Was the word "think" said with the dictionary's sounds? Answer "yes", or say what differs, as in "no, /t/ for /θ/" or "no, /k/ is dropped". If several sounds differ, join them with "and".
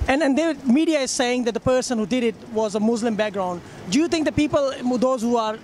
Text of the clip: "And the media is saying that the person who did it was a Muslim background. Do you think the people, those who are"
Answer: no, /t/ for /θ/